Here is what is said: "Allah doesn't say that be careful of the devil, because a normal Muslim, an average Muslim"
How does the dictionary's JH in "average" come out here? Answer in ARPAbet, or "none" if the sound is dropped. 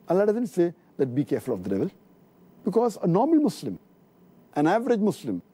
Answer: JH